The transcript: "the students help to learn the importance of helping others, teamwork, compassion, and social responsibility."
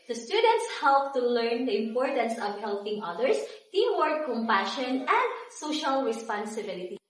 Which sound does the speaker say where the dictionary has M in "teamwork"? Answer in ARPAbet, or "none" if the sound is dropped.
none